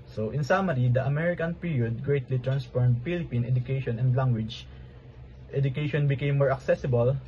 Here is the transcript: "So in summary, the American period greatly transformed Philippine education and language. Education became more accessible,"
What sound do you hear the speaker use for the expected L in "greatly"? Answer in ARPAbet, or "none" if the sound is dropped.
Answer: L